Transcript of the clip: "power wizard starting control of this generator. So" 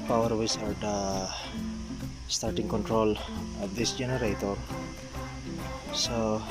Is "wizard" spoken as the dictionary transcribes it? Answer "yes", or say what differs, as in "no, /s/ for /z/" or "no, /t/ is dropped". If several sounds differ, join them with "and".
no, /s/ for /z/